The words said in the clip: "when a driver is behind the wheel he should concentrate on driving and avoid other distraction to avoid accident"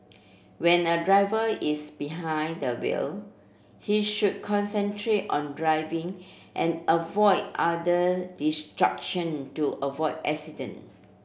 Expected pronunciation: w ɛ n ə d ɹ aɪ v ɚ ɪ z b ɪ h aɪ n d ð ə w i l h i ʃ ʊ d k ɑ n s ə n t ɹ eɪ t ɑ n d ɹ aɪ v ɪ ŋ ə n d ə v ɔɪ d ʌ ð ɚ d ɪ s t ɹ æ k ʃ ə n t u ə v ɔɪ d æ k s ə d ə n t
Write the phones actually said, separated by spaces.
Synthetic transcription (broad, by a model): w ɛ n ə d ɹ aɪ v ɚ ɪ s b ɪ h aɪ n d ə w i l h i ʃ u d k ɑ n s ə n t ɹ eɪ t ɑ n d ɹ aɪ v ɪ ŋ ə n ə v ɔɪ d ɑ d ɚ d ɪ s t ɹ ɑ k ʃ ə n t u ə v ɔɪ d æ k s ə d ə n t